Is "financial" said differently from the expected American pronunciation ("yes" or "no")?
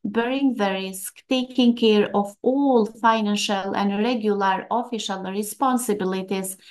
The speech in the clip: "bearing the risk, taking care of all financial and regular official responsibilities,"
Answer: no